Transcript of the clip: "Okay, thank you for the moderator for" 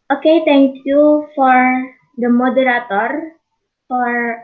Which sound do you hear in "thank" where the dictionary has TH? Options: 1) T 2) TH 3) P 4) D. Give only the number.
1